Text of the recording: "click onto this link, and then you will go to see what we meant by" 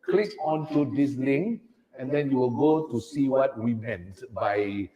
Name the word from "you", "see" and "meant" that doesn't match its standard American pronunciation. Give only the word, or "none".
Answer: none